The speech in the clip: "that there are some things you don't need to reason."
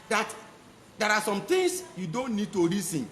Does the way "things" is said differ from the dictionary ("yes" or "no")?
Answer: yes